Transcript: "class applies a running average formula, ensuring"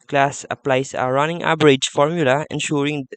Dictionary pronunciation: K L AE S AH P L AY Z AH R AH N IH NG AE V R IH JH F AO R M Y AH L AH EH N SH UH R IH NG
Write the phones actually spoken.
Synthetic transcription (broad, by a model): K L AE S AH P L AY S AH R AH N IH NG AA B R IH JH F AO R M Y AH L AH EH N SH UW R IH NG